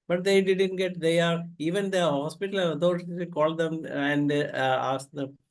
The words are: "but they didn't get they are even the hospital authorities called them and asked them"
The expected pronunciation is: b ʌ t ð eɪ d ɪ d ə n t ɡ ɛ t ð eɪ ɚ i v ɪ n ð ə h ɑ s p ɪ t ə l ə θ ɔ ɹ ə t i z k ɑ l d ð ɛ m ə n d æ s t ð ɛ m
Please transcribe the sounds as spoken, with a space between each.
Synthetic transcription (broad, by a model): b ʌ t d eɪ d ɪ d ə n t ɡ ɛ t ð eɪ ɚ i v ɪ n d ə h ɑ s p ɪ t ə l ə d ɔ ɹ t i k ɑ l d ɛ m ə n d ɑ s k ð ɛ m